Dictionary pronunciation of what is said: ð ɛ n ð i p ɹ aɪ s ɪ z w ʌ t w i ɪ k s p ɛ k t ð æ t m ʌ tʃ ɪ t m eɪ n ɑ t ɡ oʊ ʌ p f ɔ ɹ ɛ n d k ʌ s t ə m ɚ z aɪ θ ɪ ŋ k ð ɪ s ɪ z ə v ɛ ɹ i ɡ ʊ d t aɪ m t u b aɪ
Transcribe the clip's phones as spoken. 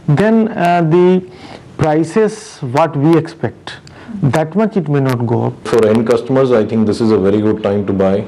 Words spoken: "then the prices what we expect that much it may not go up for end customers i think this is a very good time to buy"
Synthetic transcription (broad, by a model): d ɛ n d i p ɹ aɪ s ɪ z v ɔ t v i ɪ k s p ɛ k t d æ t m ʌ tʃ ɪ t m eɪ n ɑ t ɡ oʊ ʌ p f ɔ ɹ ɛ n d k ʌ s t ə m ɚ z aɪ t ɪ ŋ k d ɪ s ɪ z ə v ɛ ɹ i ɡ ʊ d t aɪ m t u b aɪ